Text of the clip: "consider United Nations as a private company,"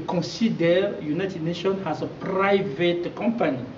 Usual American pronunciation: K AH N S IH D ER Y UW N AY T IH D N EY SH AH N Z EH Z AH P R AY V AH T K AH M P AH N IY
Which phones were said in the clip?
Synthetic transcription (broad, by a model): K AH N S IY D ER Y UW N AY T IH D N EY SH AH N AA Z AH P R AY V AH T K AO M P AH N IY